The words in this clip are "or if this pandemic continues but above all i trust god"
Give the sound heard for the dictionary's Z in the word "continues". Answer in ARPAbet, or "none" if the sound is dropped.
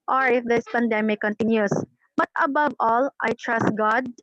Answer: S